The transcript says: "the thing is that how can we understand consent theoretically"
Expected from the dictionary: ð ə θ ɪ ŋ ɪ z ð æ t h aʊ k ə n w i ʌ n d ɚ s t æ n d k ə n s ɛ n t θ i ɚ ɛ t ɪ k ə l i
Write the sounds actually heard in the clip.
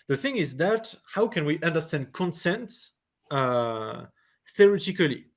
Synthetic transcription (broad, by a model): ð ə θ ɪ ŋ ɪ z ð æ t h aʊ k ə n w i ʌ n d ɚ s t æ n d k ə n s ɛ n t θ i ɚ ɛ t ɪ k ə l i